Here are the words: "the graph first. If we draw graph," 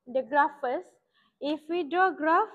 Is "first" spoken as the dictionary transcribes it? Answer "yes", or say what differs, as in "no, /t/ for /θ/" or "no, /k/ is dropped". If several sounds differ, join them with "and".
no, /t/ is dropped